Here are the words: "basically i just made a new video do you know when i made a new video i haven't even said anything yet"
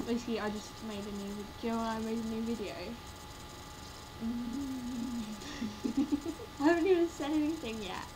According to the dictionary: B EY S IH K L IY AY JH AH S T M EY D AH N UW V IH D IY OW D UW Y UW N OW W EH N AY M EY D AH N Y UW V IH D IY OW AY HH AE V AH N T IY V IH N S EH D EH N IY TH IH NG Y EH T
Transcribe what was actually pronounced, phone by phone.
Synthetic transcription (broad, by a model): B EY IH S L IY AY JH AH S T M EY IH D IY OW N Y UW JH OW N AY M EY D AH N Y UW V IH D IY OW AY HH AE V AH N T IY V IH N S EH D EH N IY TH IH NG Y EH T